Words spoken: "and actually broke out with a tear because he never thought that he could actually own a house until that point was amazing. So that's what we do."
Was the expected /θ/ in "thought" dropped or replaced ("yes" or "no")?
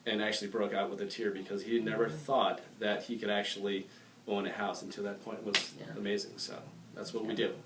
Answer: no